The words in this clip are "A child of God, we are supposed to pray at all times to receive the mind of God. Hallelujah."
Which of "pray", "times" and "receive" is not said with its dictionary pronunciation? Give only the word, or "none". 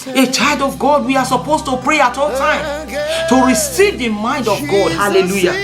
times